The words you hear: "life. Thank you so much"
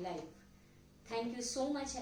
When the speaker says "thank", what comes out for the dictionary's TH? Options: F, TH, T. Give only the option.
T